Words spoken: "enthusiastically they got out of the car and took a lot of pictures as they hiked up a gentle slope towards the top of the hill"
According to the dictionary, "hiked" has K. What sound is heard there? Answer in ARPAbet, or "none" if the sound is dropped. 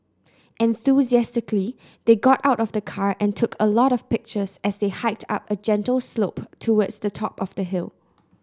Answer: K